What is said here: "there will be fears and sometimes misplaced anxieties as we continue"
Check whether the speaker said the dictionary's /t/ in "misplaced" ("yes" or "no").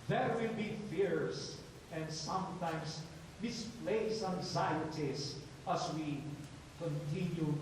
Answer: no